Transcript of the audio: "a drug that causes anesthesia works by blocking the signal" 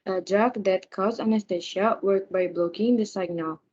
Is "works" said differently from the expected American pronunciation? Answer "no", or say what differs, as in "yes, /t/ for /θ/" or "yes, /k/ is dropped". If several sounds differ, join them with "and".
yes, /s/ is dropped